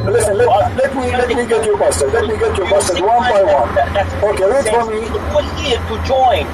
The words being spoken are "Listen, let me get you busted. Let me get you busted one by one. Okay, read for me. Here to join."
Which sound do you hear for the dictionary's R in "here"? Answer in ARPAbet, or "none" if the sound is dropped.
L